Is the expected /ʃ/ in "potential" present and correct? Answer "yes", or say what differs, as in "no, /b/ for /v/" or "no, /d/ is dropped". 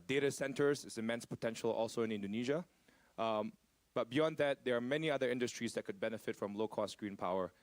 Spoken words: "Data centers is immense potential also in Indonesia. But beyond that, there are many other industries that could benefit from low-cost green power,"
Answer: yes